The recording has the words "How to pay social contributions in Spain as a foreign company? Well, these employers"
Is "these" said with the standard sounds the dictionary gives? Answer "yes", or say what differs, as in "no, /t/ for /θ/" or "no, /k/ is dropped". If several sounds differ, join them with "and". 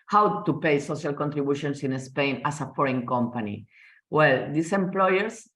no, /s/ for /z/